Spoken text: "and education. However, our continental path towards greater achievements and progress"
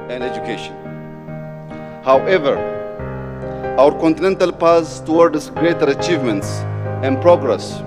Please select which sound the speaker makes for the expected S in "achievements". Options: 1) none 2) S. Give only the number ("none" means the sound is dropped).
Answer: 2